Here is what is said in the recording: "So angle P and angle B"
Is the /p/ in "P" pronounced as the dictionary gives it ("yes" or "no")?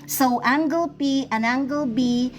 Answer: yes